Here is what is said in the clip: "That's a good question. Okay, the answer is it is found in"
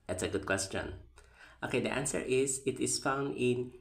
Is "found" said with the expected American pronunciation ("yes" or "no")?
yes